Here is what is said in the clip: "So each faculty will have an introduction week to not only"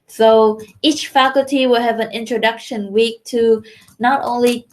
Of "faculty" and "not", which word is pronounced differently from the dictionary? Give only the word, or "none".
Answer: none